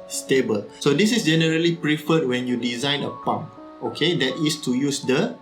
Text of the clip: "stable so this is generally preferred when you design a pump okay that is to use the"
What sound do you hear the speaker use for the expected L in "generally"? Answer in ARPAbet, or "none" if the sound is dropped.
L